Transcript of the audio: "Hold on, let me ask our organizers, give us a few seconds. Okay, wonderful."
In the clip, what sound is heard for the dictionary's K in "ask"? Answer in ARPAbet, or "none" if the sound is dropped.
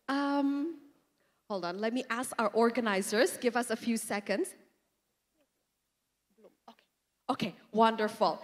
K